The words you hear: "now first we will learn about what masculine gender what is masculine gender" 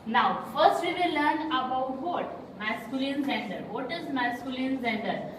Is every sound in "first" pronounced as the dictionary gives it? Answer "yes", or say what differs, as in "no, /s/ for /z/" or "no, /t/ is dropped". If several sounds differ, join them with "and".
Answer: yes